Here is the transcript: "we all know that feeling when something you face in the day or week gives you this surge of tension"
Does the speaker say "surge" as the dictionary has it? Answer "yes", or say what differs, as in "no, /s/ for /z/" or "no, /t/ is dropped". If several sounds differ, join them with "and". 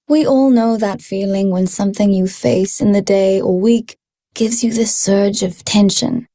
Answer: yes